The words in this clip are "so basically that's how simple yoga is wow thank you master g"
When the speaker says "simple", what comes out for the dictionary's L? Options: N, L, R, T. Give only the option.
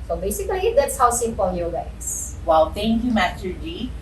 N